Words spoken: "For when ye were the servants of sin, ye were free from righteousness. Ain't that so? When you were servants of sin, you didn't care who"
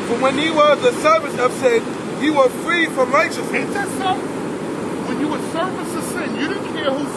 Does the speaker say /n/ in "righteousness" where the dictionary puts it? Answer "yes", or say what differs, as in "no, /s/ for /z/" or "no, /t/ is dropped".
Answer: no, /n/ is dropped